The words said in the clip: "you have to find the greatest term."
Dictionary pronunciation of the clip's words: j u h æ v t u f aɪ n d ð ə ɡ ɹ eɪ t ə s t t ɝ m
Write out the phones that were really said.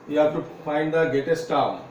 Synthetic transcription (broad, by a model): j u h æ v t u f aɪ n d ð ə ɡ eɪ t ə s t t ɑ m